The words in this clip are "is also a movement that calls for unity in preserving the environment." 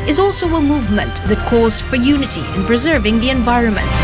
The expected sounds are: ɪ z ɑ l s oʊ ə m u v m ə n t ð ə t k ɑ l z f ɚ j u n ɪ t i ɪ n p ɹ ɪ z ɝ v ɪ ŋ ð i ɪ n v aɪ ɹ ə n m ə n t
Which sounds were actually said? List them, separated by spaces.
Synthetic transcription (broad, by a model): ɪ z ɑ l s oʊ ə m u v m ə n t ð ə t k ɑ z f ɚ j u n ɪ t i ɪ n p ɹ ɪ z ɝ v ɪ ŋ ð i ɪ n v aɪ ɹ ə n m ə n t